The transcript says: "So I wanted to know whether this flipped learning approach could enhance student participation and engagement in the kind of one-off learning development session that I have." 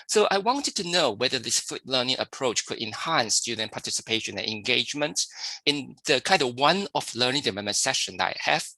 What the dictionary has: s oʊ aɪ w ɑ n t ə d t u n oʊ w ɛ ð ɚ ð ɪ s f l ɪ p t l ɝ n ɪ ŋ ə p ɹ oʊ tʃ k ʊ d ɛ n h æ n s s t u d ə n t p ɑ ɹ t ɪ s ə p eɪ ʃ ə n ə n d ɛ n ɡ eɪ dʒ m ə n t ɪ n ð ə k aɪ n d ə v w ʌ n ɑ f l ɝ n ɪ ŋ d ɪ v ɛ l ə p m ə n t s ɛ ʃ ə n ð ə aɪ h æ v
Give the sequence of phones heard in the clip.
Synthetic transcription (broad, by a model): s oʊ aɪ w ɑ n t ə d t u n oʊ w ɛ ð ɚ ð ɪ s f u t l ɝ n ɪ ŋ ə p ɹ oʊ tʃ k ʊ d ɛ n h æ n s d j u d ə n p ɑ t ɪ s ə p eɪ ʃ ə n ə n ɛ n ɡ eɪ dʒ m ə n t ɪ n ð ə k aɪ n d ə w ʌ n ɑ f l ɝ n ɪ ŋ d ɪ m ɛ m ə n s ɛ ʃ ə n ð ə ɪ h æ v